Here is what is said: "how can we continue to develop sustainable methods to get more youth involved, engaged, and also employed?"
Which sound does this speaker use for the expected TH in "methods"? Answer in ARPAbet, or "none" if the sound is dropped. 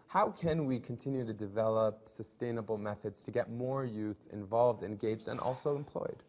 TH